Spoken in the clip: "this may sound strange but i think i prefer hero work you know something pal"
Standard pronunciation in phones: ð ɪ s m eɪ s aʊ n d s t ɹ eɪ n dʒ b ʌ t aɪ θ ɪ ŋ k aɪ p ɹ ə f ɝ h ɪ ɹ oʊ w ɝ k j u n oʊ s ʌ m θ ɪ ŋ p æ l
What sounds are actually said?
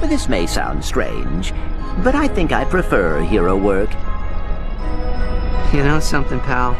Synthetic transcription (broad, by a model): ð ɪ s m eɪ s aʊ n d s t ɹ eɪ n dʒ b ʌ t aɪ θ ɪ ŋ k aɪ p ɹ ə f ɝ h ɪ ɹ oʊ w ɝ k j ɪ n oʊ s ʌ m θ ɪ ŋ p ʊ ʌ